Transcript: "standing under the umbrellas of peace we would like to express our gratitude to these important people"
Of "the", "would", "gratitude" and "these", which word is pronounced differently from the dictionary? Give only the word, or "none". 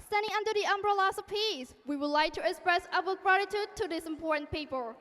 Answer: these